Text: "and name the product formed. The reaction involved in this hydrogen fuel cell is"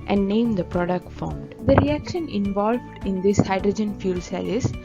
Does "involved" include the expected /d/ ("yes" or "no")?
yes